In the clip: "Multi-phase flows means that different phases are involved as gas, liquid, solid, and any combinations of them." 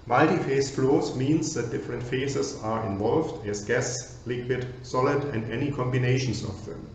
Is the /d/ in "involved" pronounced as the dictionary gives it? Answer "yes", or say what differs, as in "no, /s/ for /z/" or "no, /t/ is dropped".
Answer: yes